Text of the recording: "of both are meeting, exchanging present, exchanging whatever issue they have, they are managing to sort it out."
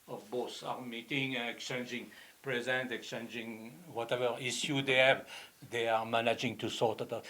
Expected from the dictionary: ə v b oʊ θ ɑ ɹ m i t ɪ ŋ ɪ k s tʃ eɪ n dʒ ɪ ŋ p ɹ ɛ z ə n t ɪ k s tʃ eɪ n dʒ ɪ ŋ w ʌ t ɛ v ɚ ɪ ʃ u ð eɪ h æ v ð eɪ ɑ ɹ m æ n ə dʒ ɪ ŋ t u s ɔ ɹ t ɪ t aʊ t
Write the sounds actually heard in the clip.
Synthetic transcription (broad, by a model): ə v b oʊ s ɑ ɹ m i t ɪ ŋ ɪ k s tʃ eɪ n dʒ ɪ ŋ p ɹ ɛ z ə n t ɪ k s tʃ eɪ n dʒ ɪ ŋ w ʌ t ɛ v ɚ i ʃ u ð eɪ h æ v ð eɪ ɑ ɹ m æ n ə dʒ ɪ ŋ t u s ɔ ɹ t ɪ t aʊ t